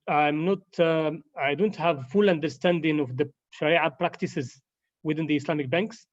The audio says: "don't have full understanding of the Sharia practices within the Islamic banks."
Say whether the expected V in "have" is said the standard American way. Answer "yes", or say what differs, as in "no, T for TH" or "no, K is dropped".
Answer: yes